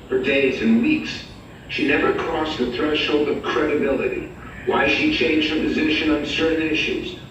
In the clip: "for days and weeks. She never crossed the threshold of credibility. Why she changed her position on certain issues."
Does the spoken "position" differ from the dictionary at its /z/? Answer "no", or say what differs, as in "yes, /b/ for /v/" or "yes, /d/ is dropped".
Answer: no